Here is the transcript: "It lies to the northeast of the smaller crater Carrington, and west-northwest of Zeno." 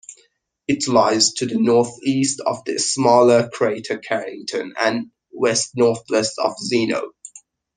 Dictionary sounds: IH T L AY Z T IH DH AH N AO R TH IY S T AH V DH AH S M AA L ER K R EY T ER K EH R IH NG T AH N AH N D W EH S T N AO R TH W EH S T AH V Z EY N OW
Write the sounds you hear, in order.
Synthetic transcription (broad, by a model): IH T L AY Z T IH DH AH N AO R TH IY S T AH V DH AH S M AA L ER K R EY T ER K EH R IH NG T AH N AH N W EH S T N AO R TH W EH S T AH V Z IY N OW